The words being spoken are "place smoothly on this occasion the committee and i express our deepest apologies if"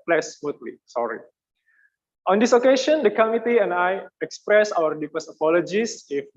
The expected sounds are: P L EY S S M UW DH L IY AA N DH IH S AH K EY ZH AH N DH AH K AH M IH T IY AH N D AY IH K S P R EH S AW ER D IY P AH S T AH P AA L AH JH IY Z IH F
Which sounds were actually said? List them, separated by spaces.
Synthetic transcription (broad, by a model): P L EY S S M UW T L IY AA N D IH S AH K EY SH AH N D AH K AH M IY T IY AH N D AY IH K S P R EH S AW ER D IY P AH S AH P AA L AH JH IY S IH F